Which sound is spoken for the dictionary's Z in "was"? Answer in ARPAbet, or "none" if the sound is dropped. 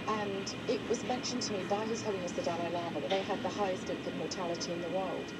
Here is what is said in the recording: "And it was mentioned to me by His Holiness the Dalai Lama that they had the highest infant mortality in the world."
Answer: Z